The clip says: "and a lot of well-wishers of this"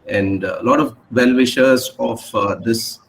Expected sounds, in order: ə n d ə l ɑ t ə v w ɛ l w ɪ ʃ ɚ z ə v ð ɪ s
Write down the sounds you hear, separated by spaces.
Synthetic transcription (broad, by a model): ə n d ə l ɑ t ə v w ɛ l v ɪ ʃ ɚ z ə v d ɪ s